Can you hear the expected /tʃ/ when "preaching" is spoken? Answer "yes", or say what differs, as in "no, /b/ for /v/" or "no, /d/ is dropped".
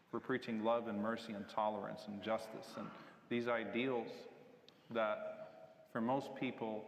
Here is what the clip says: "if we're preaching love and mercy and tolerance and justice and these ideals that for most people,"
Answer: yes